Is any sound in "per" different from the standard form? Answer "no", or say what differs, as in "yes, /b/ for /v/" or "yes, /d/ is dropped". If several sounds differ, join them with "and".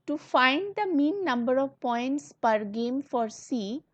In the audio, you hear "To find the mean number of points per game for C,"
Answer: no